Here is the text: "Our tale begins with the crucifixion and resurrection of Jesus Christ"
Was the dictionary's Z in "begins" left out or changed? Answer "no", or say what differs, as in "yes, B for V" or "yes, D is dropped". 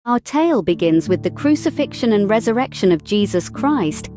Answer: no